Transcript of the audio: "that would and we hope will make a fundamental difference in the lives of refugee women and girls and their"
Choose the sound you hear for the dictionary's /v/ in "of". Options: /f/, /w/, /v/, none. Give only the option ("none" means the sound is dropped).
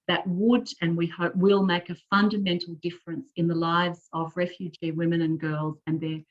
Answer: /v/